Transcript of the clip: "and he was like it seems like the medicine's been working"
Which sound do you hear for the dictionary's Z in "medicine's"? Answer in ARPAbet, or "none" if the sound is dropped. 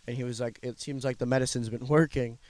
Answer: Z